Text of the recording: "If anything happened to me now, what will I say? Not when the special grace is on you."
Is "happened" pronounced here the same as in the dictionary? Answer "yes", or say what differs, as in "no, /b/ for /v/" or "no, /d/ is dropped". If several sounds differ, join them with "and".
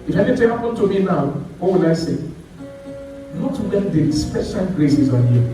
no, /p/ is dropped